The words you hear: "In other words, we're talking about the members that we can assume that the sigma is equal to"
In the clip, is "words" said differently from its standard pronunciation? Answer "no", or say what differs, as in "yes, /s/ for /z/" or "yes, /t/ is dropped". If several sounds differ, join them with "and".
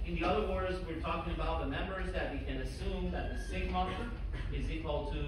no